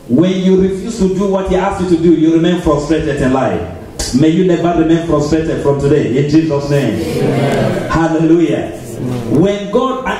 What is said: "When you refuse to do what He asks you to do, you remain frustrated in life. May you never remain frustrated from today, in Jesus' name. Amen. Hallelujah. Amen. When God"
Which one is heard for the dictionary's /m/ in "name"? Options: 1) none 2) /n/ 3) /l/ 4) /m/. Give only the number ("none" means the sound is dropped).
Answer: 1